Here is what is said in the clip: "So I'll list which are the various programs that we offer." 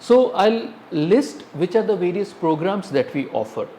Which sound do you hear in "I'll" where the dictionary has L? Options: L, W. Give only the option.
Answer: L